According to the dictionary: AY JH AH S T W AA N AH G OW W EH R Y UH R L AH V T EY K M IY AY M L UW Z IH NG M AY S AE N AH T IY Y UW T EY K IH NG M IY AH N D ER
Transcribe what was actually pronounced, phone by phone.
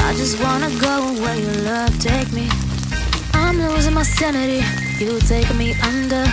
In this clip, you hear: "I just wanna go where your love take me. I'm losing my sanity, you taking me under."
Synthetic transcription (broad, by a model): AY JH AH S T W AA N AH G OW W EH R Y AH L AH V T EY K M IY AY M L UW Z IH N M AY S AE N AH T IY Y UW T EY IH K M IY AH N D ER